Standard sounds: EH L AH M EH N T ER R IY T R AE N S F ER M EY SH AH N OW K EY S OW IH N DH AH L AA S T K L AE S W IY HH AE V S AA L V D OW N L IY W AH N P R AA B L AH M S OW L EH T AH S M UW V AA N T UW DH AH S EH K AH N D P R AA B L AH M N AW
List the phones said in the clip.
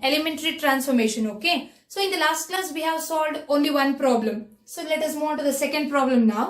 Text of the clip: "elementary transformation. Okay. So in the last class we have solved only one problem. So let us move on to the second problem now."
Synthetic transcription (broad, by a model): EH L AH M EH N T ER R IY T R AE N S F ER M EY SH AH N OW K EY S OW IH N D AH L AA S T K L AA S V IY HH AE V S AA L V D OW N L IY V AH N P R AA B L AH M S OW L EH T AH S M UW AA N T UW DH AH S EH K AH N D P R AA B L AH M N AW